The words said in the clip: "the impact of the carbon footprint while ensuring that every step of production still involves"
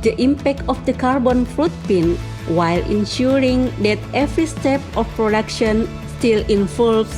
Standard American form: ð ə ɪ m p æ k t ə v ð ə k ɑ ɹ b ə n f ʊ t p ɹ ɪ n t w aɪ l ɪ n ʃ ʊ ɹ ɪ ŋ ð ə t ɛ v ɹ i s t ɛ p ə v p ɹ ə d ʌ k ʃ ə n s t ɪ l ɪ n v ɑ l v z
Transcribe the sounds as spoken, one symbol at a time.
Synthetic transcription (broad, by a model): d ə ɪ m p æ k t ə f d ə k ɑ ɹ b ə n f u t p ɪ n w aɪ l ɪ n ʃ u ɹ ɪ ŋ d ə t ɛ v ɹ i s t ɛ p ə f p ɹ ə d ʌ k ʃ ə n s t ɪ l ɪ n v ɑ l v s